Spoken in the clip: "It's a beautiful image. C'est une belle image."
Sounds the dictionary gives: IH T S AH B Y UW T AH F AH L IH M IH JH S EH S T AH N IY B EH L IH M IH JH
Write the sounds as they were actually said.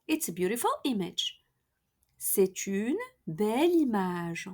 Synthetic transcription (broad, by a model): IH T S AH B Y UW T AH F AH L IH M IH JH S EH T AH N B EH L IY M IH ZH